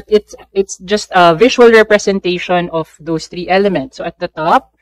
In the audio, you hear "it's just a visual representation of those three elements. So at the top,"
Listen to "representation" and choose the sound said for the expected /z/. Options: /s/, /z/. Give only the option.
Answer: /s/